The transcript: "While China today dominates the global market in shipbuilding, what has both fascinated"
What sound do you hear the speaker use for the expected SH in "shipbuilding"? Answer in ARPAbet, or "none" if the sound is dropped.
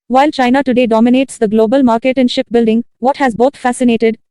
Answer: SH